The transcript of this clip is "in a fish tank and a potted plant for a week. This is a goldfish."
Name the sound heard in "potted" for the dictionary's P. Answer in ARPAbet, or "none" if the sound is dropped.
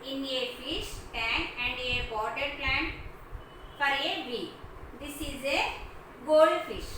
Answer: B